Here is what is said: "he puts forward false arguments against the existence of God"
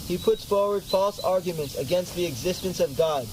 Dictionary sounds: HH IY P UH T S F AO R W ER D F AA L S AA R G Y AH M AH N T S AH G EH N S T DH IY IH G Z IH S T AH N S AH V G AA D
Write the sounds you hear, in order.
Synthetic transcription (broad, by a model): HH IY P UH T S F AO R W ER D F AA L S AA R G Y AH M AH N T S AH G EH N S T DH IY IH G Z IH S T AH N S AH V G AA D